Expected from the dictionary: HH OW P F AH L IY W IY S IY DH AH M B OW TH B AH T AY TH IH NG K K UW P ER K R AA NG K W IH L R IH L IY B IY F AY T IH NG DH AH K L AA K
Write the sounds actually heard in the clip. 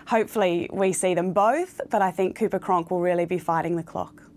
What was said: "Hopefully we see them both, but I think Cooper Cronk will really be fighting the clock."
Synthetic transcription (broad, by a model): HH OW P F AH L IY W IY S IY DH AH M B OW TH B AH T AY TH IH NG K K UW P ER K R AA NG K W IH L R IH L IY B IY F AY T IH NG DH AH K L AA K